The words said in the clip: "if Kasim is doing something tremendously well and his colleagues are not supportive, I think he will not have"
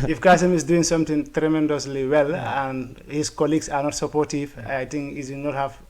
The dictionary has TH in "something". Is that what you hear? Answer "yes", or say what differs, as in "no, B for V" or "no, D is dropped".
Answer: no, T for TH